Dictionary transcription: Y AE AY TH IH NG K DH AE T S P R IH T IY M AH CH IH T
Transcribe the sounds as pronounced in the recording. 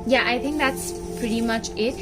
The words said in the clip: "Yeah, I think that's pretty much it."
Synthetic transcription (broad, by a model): Y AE AY TH IH NG K DH AE T S P R IH T IY M AH CH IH T